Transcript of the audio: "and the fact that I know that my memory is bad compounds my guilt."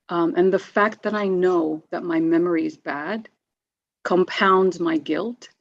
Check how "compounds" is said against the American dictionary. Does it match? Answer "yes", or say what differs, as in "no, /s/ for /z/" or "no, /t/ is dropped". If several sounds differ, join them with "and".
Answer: yes